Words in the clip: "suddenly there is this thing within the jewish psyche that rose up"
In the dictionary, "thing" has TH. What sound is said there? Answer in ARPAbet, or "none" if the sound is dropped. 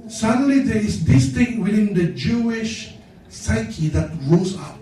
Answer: T